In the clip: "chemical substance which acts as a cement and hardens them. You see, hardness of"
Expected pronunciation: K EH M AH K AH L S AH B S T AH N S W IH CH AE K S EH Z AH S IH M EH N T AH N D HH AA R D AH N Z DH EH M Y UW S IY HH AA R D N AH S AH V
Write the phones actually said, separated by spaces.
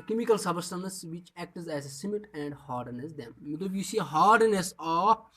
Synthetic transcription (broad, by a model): K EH M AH K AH L S AH B S T AH N S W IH CH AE K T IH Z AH S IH M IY T AH N D HH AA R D N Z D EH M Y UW S IY HH AA R D N AH S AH